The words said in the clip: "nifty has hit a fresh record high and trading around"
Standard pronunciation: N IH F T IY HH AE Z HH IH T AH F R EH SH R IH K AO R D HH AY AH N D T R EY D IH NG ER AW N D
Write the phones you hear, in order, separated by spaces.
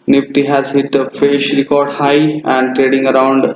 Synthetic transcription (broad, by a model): N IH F T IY HH AE Z HH IH T AH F EH SH R IH K AO R D HH AY AH N D T R EY D IH NG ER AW N D